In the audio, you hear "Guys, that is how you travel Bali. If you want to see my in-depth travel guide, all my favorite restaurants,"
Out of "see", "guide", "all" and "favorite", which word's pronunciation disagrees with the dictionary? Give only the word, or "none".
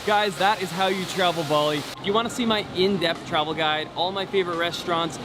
none